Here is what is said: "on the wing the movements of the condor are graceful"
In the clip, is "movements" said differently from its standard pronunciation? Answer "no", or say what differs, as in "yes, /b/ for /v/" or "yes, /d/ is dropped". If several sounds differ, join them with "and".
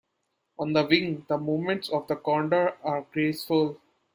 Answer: yes, /v/ is dropped